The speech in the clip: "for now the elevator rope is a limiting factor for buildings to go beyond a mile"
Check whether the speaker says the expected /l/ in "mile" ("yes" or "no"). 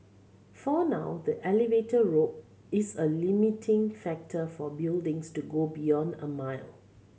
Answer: yes